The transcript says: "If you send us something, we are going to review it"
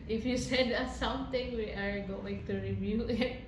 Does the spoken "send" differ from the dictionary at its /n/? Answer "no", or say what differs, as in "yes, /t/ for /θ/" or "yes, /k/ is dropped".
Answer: yes, /n/ is dropped